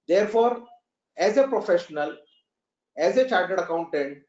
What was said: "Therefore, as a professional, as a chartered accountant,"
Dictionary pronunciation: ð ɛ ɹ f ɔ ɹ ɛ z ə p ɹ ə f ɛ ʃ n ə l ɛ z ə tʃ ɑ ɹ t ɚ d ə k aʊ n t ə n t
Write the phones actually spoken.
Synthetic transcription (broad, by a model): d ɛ ɹ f ɔ ɹ ɛ z ə p ɹ ə f ɛ ʃ n ə l ɛ z ə tʃ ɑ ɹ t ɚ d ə k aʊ n t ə n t